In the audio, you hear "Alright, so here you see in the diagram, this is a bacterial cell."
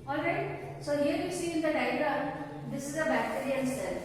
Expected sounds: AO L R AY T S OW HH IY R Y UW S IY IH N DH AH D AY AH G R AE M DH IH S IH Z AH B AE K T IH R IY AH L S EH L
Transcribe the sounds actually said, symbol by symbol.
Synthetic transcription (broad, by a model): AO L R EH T S OW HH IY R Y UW S IY IH N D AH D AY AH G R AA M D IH S IH Z AH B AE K T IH R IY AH N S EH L